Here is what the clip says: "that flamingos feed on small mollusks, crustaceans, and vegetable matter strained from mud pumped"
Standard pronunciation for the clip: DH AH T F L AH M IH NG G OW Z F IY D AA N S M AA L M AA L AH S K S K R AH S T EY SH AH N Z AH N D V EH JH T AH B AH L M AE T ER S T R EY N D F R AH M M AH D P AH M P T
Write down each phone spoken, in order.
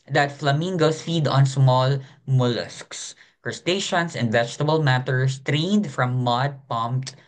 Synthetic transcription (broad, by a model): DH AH T F L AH M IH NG G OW S F IY D AA N S M AA L M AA L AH S K S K R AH S T EY SH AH N S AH N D V EH JH T AH B AH L M AE T ER S T R EY N D F R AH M M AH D P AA M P T